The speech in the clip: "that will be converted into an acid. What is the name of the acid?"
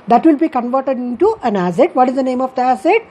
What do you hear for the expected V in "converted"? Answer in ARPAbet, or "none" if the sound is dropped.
V